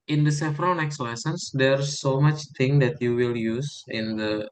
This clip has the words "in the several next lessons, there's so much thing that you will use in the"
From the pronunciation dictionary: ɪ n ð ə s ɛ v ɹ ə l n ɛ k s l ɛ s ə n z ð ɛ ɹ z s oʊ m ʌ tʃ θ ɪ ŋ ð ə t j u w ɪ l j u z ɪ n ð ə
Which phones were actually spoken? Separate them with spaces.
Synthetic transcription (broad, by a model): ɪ n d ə s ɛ f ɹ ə n ɛ k s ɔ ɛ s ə n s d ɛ ɹ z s oʊ m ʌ tʃ t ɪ ŋ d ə t j u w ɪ l j u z ɪ n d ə